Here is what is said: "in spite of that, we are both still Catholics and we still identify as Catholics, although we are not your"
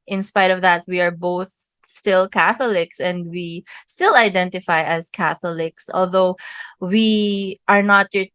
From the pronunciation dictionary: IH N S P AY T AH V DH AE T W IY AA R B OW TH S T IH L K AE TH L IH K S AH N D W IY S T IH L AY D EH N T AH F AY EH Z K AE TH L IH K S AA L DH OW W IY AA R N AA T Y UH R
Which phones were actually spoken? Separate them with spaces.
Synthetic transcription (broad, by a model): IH N S P AY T AH V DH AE T W IY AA R B OW TH S T IH L K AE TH L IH K S AH N D W IY S T IH L AY D EH N T AH F AY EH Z K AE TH L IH K S AA L DH OW W IY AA R N AA T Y